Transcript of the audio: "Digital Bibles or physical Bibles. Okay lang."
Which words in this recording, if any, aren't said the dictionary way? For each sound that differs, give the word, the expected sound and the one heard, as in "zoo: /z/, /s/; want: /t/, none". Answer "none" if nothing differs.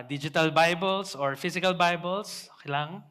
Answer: bibles: /z/, /s/; physical: /z/, /s/; bibles: /z/, /s/